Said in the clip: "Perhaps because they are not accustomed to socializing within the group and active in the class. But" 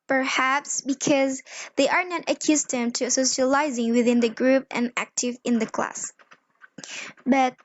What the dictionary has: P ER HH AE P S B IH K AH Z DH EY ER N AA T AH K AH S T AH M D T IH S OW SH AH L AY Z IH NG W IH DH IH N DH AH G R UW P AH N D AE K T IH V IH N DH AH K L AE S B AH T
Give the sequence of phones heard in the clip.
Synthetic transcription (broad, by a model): P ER HH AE P S B IH K AH Z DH EY ER N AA T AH K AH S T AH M T IH S OW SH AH L AY Z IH NG W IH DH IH N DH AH G R UW P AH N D AE K T IH V IH N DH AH K L AE S B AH T